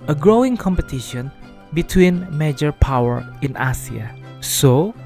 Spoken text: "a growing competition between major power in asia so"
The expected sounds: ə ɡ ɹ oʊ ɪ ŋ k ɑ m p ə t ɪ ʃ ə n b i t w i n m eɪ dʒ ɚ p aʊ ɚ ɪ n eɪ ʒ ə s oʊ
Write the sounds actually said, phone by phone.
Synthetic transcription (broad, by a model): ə ɡ ɹ oʊ ɪ ŋ k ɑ m p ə t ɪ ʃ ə n b i t w i n m eɪ dʒ ɚ p aʊ ɚ ɪ n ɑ s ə s oʊ